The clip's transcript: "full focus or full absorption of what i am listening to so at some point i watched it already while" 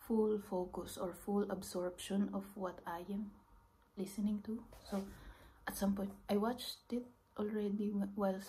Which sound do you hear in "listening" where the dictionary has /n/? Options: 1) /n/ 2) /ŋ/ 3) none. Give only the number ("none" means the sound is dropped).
1